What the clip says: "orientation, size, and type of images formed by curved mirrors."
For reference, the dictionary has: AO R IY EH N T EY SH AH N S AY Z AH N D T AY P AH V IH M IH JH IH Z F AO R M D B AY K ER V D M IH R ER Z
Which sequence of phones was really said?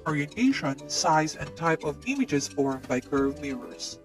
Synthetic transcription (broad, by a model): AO R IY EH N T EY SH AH N S AY Z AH N T AY P AH V IH M IH JH IH Z F AO R M B AY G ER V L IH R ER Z